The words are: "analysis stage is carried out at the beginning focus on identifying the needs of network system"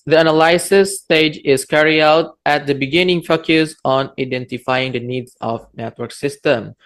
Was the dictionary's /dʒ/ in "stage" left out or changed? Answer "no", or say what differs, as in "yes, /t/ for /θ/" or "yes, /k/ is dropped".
no